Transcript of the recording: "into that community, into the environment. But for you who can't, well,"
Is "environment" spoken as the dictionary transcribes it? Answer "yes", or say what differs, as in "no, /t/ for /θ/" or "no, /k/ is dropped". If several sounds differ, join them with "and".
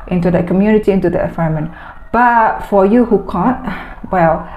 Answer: no, /ɹ/ is dropped